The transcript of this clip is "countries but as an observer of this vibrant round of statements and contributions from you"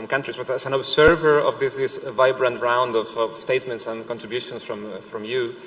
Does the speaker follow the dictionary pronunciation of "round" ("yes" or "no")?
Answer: yes